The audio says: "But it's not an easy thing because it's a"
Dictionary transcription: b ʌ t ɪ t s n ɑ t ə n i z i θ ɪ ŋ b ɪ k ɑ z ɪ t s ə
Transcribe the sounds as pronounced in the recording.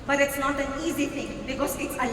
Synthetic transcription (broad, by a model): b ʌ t ɪ t s n ɑ t ə n i z i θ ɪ ŋ b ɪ k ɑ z ɪ t s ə